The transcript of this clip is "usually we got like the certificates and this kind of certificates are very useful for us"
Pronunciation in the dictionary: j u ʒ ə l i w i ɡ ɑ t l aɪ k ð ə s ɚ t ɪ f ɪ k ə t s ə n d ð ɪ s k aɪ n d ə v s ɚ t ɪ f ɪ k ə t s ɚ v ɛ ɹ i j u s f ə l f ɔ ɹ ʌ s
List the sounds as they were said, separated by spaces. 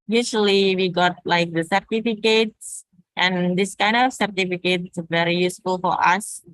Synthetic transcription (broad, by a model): j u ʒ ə l i w i ɡ ɑ t l aɪ k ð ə s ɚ t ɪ f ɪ k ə t s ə n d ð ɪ s k aɪ n d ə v s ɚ t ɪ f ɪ k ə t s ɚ v ɛ ɹ i j u s f ə l f ɔ ɹ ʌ s